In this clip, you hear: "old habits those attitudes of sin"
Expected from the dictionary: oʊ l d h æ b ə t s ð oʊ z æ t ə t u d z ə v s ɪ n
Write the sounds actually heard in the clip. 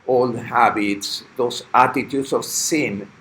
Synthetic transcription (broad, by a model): oʊ l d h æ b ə t s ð oʊ s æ t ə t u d s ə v s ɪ n